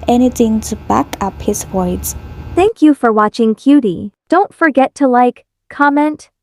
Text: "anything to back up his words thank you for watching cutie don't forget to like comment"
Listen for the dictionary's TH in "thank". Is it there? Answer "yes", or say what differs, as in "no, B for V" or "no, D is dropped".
yes